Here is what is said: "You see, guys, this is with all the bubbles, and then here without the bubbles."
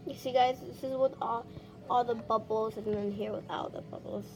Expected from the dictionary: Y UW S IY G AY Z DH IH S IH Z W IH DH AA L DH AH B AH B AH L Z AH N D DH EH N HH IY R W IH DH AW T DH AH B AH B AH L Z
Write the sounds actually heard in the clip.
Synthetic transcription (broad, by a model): Y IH S IY G AY Z DH IH S IH Z W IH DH AA L DH AH B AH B L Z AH N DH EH N HH IY R W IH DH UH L DH AH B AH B L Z